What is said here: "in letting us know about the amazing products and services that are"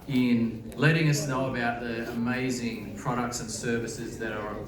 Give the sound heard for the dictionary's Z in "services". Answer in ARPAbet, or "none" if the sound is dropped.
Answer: Z